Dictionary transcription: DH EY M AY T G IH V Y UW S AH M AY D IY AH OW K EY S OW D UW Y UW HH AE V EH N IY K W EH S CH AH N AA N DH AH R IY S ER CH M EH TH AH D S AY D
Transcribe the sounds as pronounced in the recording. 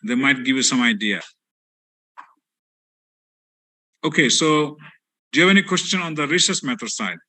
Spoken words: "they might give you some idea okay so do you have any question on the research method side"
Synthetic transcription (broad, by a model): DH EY M AY T G IH V Y UW S AH M AY D IY AH OW K EY S OW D Y UW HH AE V EH N IY K W EH S CH AH N AA N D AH R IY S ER S M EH T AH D S AY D